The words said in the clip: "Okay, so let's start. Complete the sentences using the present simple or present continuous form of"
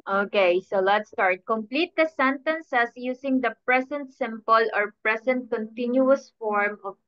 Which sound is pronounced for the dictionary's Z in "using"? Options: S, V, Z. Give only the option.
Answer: S